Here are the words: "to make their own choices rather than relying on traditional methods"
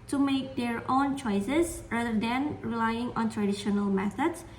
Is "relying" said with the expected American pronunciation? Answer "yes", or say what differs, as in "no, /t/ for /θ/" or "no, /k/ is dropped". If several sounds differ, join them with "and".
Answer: yes